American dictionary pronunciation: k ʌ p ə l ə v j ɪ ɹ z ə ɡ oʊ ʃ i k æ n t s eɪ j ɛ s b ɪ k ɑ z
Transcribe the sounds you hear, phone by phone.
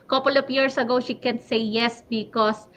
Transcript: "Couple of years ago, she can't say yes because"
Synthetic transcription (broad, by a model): k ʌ p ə l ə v j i ɹ s ə ɡ oʊ ʃ i k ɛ n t s eɪ j ɛ s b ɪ k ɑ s